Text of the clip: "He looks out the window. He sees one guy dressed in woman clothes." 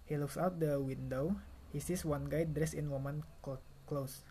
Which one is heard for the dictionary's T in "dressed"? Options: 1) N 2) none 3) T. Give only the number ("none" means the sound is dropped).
2